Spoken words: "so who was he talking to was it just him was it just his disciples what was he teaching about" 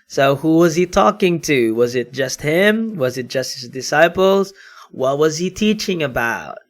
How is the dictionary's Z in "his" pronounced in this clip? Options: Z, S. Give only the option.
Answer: Z